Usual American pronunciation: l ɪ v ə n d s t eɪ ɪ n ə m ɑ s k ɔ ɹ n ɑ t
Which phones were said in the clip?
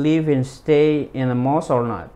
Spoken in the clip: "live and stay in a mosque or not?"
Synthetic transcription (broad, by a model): l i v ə n s t eɪ ɪ n ə m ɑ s ɔ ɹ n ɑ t